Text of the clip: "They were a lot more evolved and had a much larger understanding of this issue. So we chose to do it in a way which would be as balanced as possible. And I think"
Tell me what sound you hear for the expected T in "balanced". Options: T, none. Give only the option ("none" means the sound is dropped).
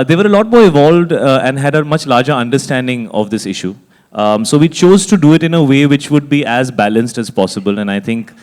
T